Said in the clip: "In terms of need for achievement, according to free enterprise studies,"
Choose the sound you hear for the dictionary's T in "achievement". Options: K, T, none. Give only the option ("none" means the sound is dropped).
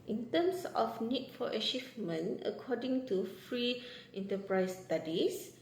none